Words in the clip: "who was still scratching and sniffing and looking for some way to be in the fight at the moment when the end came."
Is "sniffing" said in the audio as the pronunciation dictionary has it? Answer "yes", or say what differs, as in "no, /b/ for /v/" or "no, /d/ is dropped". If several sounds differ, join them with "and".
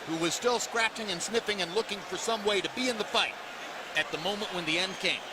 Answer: yes